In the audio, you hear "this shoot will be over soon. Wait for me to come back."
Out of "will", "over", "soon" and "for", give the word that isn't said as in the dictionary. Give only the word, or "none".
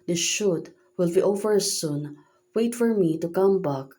none